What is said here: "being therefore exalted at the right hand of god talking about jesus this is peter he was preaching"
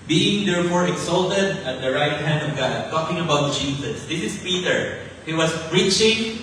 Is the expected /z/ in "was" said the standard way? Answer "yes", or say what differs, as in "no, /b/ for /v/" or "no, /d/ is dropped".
no, /s/ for /z/